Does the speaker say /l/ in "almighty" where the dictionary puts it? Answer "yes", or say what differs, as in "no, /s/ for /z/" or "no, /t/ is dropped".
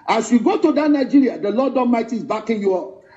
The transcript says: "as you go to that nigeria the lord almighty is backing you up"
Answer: no, /l/ is dropped